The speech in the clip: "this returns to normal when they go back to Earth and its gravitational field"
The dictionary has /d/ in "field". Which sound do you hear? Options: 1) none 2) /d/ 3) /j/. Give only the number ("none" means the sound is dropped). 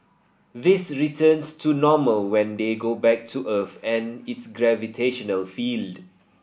2